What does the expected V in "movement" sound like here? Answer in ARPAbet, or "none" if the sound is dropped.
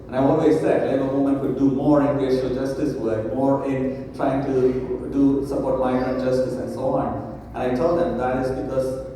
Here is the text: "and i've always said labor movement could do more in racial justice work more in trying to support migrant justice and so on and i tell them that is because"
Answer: none